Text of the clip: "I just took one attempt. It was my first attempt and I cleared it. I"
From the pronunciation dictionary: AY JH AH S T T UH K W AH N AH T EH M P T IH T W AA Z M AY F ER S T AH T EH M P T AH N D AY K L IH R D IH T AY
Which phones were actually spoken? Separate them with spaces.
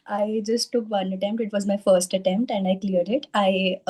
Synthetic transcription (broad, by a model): AY JH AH S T T UH K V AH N AH T EH M P T IH T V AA Z M AY F ER S T AH T EH M P T AH N D AY K L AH R D IH T AY